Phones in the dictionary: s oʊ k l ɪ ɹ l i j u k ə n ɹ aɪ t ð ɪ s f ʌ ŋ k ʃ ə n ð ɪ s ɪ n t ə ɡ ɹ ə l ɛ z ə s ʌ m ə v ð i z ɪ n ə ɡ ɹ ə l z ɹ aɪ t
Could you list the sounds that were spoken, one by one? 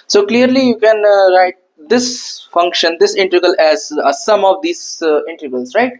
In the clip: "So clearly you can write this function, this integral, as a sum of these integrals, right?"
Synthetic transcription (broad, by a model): s oʊ k l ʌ ɹ l i j u k ə n ɹ aɪ t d ɪ s f ʌ ŋ k ʃ ə n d ɪ s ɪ n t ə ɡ ə l ɛ z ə s ʌ m ə v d i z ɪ n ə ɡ ə l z ɹ aɪ t